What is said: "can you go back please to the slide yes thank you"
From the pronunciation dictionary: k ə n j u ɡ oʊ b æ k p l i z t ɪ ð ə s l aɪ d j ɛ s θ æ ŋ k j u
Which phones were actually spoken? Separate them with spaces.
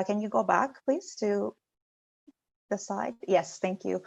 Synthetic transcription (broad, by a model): k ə n j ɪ ɡ oʊ b æ k p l i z t ɪ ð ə s aɪ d j ɛ s θ æ ŋ k j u